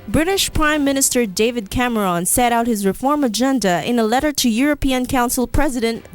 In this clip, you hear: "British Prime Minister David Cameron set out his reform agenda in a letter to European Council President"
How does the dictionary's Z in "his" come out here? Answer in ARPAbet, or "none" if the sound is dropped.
Z